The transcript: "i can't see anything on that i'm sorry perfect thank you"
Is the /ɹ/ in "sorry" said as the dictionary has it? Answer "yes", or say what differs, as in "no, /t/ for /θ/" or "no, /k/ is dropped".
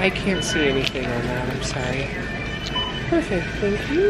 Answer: no, /ɹ/ is dropped